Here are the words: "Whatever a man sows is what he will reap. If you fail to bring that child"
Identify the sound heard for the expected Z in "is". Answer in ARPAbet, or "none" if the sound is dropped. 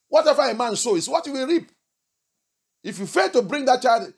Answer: S